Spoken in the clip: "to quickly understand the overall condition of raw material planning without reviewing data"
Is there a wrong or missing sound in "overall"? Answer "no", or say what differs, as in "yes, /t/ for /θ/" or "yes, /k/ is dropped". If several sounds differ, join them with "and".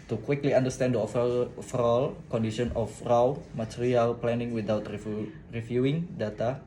yes, /f/ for /v/